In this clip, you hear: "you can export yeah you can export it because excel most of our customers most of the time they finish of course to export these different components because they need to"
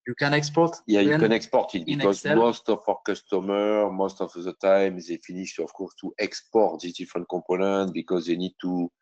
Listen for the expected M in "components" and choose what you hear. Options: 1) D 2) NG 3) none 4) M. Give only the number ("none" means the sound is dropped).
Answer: 3